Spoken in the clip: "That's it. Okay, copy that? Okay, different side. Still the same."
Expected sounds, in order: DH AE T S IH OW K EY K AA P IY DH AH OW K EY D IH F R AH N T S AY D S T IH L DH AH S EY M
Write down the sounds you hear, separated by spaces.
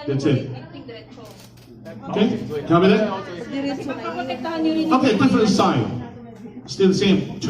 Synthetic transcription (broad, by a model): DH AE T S IH OW K EY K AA B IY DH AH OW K EY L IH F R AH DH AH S AY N S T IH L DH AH S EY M